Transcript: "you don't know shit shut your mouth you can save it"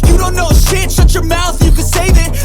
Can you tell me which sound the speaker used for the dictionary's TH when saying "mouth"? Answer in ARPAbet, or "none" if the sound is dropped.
TH